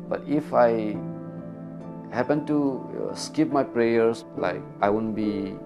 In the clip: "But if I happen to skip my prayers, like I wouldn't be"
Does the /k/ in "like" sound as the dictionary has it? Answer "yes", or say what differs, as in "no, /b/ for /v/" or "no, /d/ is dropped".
yes